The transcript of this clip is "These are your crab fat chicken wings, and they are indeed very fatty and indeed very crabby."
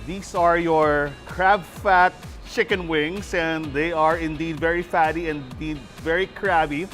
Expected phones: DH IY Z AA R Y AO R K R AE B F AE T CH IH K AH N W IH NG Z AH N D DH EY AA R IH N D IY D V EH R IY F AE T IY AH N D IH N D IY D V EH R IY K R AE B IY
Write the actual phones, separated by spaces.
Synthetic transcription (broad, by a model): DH IY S AA R Y AO R K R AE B F AE T CH IH K AH N W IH NG S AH N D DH EY AA R IH N D IY D V EH R IY F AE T IY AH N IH N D IY D V EH R IY K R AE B IY